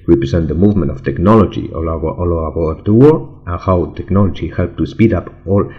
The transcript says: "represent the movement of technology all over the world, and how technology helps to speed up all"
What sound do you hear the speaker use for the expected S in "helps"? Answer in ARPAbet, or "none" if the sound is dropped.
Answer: none